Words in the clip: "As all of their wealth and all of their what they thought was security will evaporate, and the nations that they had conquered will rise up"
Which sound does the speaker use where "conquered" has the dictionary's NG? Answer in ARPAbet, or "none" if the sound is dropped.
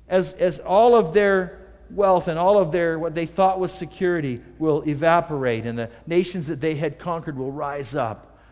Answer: NG